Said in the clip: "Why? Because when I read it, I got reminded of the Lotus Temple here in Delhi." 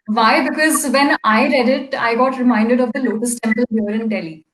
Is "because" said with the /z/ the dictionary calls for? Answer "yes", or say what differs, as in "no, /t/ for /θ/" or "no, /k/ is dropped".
yes